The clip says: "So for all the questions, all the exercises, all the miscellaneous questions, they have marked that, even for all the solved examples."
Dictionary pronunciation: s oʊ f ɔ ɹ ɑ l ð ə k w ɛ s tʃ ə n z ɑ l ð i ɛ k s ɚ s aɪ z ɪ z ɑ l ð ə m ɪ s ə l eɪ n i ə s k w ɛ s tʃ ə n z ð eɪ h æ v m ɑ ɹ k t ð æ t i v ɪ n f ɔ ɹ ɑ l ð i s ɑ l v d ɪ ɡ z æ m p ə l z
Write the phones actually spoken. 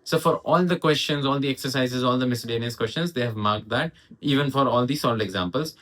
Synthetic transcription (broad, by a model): s oʊ f ɔ ɹ ɑ l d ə k w ɛ s tʃ ə n z ɑ l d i ɛ k s ɚ s aɪ z ɪ z ɑ l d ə m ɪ s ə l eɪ n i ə s k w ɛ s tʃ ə n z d eɪ h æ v m ɑ ɹ k t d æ t i v ɪ n f ɔ ɹ ɑ l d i s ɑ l d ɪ ɡ z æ m p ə l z